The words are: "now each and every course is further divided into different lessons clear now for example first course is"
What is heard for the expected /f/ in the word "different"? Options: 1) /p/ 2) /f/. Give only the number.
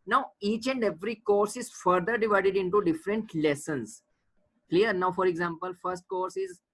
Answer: 2